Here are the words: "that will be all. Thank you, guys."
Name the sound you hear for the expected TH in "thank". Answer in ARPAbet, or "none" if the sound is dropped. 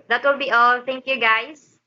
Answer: T